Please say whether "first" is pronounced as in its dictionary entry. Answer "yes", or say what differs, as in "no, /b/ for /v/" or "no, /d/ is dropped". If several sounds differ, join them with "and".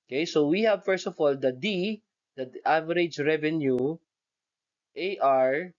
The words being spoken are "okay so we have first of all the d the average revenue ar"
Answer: yes